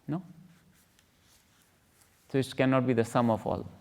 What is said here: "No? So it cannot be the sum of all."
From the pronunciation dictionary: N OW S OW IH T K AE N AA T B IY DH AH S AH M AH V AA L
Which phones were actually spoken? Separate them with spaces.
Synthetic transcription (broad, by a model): N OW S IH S K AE N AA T B IY DH AH S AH M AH F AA L